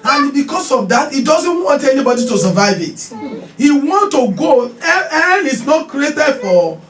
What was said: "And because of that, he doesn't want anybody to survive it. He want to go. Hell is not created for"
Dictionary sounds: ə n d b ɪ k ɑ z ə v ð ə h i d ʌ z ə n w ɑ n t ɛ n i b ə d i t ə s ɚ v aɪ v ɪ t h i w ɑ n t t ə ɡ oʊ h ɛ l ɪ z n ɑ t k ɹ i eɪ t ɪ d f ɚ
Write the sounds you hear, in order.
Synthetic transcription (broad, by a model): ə n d b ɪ k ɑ s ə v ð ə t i d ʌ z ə n w ɑ n t ɛ n i b ə d i t ə s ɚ v aɪ v ɪ t h i w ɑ n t t ə ɡ oʊ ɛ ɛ n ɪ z n ɑ t k ɹ i eɪ t ɪ d f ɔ